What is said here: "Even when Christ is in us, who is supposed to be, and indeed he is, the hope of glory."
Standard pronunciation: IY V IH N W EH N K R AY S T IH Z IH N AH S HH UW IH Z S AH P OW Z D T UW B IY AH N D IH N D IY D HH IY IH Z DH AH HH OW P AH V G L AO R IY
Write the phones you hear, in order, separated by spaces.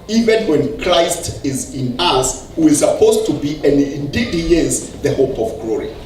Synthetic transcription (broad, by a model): IY V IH N W EH N K R AY S T IH Z IH N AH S HH UW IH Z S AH P OW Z T UW B IY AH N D IH N D IY D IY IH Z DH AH HH OW P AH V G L AO R IY